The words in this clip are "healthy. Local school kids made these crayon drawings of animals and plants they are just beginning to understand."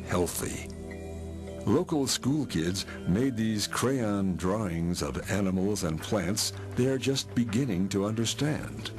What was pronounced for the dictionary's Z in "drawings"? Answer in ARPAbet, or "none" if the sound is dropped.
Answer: Z